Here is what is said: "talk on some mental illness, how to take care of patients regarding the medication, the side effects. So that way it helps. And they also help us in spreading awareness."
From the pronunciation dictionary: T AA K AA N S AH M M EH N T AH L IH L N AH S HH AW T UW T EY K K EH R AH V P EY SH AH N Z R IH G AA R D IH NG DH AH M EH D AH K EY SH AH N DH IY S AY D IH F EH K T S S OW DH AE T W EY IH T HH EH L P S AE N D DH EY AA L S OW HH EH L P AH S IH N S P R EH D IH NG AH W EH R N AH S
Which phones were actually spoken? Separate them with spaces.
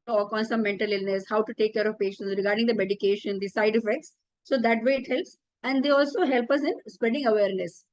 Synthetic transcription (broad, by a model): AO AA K AA N S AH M M EH N T AH L IH L N AH S HH AW T UW T EY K K EH R AH V P EY SH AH N S R IH G AA R D IH NG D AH M EH D AH K EY SH AH N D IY S AY D IH F EH K T S S OW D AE T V EY IH T HH EH L P S AE N D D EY AA L S OW HH EH L P AH S IH N S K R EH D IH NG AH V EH R N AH S